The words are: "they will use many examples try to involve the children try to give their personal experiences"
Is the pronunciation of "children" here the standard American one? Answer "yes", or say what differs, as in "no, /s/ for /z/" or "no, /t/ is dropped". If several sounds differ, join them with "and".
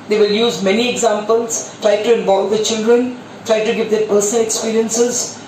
yes